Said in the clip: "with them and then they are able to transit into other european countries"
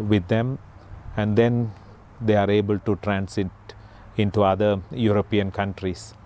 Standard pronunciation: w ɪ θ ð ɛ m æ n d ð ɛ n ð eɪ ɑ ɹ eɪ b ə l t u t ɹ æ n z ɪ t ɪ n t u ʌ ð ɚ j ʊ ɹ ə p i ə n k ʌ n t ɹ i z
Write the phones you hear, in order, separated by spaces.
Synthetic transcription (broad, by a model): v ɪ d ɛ m æ n d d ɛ n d eɪ ɑ ɹ eɪ b ə l t u t ɹ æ n s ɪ t ɪ n t u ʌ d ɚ j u ɹ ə p i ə n k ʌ n t ɹ i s